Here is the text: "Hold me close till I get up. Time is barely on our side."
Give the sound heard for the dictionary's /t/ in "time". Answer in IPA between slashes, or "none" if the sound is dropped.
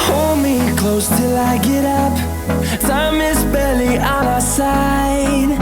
/s/